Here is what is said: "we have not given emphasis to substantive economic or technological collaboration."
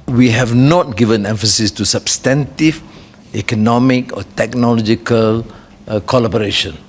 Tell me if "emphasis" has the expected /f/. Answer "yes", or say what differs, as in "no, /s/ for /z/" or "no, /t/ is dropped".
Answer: yes